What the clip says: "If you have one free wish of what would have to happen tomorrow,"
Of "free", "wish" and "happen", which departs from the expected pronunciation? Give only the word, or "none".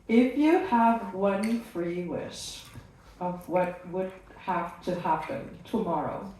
wish